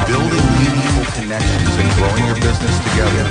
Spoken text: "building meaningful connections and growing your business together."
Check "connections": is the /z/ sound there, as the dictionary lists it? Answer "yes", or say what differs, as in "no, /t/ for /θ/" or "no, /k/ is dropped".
yes